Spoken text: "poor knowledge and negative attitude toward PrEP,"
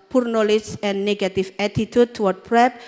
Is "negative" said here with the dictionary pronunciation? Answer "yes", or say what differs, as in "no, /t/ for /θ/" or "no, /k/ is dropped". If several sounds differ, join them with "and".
no, /f/ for /v/